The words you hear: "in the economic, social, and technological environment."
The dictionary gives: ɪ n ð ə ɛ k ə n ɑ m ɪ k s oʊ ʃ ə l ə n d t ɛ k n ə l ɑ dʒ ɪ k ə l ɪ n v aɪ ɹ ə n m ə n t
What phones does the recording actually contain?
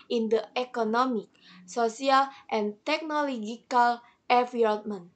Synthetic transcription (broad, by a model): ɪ n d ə ɛ k ə n ɑ m ɪ k s oʊ s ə l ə n t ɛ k n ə l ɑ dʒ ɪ k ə l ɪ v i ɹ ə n m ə n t